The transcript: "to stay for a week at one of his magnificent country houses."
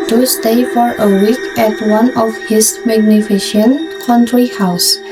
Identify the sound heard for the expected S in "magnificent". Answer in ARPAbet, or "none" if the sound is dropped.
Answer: SH